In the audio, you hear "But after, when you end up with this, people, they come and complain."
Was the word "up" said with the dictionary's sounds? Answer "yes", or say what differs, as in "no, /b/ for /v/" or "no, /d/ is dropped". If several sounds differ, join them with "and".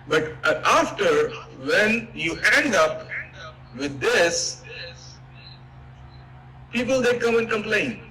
yes